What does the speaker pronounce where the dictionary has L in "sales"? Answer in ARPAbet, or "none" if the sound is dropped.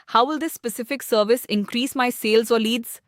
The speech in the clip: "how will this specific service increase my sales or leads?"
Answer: L